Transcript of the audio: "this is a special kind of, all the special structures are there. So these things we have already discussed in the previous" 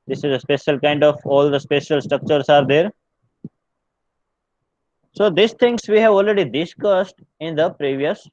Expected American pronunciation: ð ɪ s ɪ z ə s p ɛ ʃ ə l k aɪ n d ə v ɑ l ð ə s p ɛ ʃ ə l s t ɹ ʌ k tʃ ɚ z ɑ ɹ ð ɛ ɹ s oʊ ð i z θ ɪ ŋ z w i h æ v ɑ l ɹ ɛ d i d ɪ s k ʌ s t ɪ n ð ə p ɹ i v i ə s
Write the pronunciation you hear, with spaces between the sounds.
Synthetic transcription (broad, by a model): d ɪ s ɪ z ə s p ɛ ʃ ə l k aɪ n d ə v ɑ l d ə s p ɛ ʃ ə l s t ɹ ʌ k tʃ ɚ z ɑ ɹ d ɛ ɹ s oʊ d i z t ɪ ŋ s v i h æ v ɑ l ɹ ɛ d i d ɪ s k ʌ s t ɪ n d ə p ɹ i v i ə s